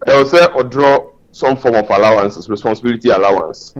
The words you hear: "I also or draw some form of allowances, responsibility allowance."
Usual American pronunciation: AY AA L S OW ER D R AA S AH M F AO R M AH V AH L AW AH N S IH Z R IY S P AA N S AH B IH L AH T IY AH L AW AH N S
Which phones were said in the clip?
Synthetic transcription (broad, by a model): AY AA W S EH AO D R AA S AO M F AO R M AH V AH L AW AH N S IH S R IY S P AA N S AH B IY L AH T IY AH L AW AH N S